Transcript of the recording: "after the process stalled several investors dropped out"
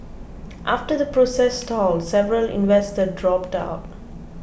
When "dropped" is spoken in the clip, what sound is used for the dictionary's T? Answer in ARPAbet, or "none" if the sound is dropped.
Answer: T